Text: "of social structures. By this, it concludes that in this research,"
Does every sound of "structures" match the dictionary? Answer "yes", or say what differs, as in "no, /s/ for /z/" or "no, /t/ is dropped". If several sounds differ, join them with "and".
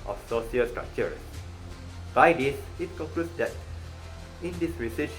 no, /z/ is dropped